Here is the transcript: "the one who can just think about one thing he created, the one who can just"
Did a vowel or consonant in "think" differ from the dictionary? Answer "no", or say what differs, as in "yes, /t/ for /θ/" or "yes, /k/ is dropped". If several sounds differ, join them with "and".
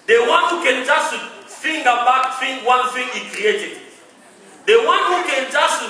yes, /f/ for /θ/